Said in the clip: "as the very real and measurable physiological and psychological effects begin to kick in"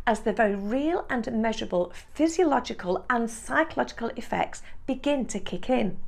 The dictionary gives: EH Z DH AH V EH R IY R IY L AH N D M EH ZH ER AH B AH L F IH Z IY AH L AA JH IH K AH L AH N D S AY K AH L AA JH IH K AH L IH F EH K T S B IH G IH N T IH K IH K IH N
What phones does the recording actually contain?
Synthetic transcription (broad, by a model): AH Z DH AH V EH R IY R IY L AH N M EH ZH ER AH B AH L F IH Z IY AH L AA JH IH K AH L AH N S AY K AH L AA JH IH K AH L IH F EH K T S B IH G IH N T IH K IH K IH N